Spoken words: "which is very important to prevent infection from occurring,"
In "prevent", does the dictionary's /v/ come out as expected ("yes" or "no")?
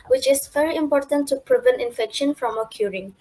yes